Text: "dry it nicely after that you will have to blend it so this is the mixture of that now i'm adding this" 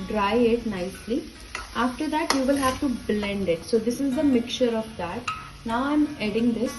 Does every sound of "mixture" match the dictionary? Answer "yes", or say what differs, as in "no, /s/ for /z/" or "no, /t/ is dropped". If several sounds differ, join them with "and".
no, /s/ is dropped